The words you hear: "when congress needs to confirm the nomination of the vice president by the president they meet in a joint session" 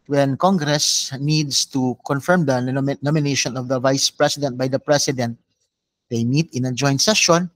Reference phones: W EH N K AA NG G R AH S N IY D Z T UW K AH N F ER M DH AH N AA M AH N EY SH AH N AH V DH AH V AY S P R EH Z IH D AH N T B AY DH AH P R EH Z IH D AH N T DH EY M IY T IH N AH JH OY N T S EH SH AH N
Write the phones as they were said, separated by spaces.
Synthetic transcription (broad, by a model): W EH N K AA NG G R AH S N IY D S T UW K AH N F ER M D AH N AA M AH N EY SH AH N AH V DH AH V AY S P R EH S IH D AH N T B AY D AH P R EH S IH D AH N T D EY M IY T IH N AH JH OY N T S EH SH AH N